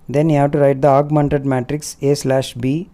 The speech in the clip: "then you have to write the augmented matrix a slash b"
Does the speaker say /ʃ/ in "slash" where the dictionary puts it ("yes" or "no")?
yes